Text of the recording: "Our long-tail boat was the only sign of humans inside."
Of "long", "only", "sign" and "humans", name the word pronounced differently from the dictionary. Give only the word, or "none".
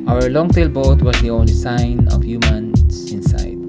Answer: humans